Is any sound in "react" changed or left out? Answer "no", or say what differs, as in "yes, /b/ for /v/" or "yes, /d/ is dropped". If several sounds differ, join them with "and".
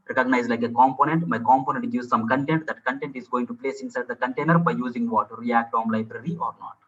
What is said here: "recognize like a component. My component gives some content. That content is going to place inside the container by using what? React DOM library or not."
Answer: no